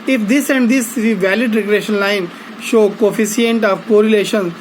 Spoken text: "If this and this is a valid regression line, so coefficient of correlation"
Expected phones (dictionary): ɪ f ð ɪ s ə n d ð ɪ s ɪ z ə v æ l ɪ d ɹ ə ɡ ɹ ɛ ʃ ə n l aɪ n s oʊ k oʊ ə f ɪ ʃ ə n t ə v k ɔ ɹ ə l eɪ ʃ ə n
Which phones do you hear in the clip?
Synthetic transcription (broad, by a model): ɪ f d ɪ s ə n d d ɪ s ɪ ə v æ l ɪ d ɹ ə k ɹ ɛ ʃ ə n l aɪ n ʃ oʊ k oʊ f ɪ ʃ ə n t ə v k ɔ ɹ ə l eɪ ʃ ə n